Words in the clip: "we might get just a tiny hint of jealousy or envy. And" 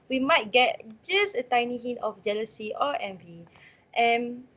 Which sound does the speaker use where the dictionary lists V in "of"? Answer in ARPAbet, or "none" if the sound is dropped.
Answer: F